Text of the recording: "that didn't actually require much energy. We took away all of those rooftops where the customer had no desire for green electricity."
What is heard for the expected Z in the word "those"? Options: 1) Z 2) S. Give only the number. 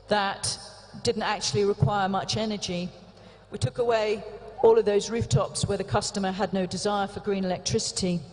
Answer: 1